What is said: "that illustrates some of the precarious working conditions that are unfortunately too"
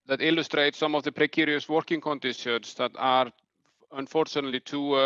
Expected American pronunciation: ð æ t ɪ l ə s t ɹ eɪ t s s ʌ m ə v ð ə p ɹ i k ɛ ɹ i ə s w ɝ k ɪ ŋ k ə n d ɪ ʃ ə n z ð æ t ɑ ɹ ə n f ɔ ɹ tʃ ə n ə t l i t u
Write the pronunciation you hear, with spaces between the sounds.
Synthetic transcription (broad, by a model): ð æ t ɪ l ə s t ɹ eɪ t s s ʌ m ə v ð ə p ɹ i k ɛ ɹ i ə s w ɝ k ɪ ŋ k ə n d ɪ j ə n s ð æ t ɑ ɹ ə n f ɔ ɹ tʃ ə n ə t l i t u